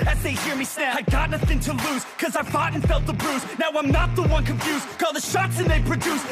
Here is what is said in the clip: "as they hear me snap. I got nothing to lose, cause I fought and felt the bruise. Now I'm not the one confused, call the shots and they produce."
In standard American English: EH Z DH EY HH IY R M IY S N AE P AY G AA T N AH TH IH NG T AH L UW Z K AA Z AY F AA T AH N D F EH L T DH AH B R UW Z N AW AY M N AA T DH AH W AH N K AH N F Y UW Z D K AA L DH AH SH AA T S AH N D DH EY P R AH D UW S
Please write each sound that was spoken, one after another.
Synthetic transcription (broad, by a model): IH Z DH EY HH IY R M IY S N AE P AY G AA T N AH TH IH NG T AH L UW Z K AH Z AY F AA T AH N F EH L T DH AH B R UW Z N AW AY M N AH T DH AH W AH N K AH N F Y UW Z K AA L DH AH SH AA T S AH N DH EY P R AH D UW S